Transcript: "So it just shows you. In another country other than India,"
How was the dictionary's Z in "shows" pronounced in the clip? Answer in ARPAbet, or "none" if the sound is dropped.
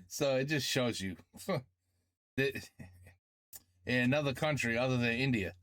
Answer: Z